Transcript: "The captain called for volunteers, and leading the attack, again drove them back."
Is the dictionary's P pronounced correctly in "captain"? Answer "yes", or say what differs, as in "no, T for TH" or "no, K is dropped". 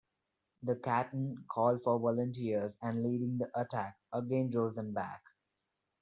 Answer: no, P is dropped